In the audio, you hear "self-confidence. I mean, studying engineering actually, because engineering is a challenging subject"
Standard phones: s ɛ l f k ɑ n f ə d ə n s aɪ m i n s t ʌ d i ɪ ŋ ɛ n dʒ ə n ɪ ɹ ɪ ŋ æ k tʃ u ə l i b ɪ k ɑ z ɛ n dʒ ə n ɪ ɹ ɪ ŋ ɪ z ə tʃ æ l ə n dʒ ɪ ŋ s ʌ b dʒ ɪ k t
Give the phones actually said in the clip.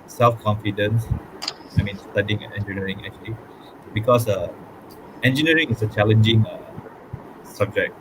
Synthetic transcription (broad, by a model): s ɛ l f k ɑ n f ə d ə n s aɪ m i n s t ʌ d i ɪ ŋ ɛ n dʒ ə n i ɹ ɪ ŋ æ k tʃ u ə l i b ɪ k ɑ s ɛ n dʒ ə n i ɹ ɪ ŋ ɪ s ə tʃ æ l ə n dʒ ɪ ŋ s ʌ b dʒ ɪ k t